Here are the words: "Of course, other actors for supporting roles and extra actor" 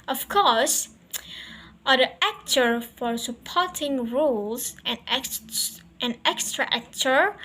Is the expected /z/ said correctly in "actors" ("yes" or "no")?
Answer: no